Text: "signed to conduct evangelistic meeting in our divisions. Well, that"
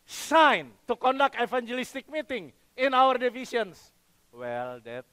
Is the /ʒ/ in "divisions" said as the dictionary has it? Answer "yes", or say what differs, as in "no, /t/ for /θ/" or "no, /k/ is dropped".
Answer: no, /s/ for /ʒ/